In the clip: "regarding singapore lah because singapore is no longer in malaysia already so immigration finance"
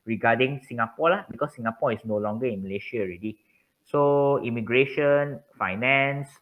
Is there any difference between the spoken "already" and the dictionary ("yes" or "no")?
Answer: no